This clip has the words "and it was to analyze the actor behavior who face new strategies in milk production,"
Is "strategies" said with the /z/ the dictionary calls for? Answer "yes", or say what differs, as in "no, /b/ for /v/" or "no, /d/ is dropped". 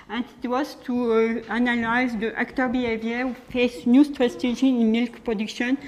no, /z/ is dropped